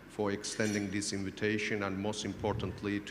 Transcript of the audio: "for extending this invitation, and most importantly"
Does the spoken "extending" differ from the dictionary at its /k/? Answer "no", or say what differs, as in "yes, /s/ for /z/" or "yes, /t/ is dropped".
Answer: no